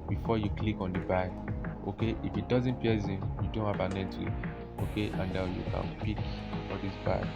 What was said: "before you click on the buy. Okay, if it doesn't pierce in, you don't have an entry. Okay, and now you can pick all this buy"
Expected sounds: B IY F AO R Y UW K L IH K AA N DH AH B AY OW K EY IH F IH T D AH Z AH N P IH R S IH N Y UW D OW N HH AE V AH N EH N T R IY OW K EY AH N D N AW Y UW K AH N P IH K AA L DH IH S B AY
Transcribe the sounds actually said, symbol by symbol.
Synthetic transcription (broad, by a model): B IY F AO Y UW K L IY K AA N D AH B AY OW K EY IH F IH T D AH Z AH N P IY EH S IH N Y UW D OW N HH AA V AH N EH T IY OW K EY AH N D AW Y UW K AH N P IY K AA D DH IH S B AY